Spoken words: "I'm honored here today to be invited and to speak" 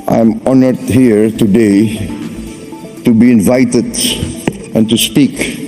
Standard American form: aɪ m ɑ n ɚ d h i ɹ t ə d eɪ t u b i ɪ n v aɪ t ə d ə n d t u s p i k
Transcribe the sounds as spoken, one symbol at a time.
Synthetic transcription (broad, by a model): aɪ m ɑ n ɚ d h i ɹ t ə d eɪ t u b i ɪ n v aɪ t ə d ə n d t u s p i k